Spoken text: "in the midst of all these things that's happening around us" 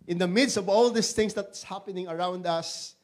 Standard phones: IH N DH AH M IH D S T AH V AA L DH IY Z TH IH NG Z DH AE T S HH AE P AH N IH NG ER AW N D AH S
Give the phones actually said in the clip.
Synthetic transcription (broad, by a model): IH N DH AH M IH D S T AH V AA L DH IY S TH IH NG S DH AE T S HH AE P AH N IH NG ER AW N D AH S